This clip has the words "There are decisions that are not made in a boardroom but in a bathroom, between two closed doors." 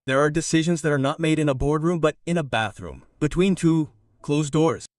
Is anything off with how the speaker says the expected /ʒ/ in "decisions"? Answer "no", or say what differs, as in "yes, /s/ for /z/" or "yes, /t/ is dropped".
no